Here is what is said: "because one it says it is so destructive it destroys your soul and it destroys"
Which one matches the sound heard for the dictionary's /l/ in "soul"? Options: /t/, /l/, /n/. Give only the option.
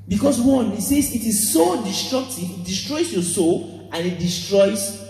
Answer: /l/